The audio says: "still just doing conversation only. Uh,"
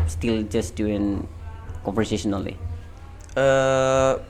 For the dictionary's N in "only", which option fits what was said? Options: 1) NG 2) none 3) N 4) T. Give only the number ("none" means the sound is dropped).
2